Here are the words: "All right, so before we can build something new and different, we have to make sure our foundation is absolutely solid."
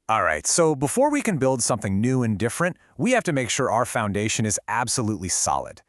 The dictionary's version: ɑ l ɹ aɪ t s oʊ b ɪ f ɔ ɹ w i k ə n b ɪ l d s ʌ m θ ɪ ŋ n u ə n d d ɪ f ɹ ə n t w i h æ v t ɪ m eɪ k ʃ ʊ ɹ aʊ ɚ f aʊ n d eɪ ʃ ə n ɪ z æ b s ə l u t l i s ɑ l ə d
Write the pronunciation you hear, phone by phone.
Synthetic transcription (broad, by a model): ɑ l ɹ aɪ t s oʊ b ɪ f ɔ ɹ w i k ə n b ɪ l d s ʌ m θ ɪ ŋ n u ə n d d ɪ f ɹ ə n t w i h æ f t ɪ m eɪ k ʃ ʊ ɹ aʊ ɚ f aʊ n d eɪ ʃ ə n ɪ z æ b s ə l u t l i s ɑ l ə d